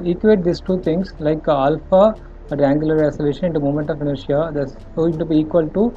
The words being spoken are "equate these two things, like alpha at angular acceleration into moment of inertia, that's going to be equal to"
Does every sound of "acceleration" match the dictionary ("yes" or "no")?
no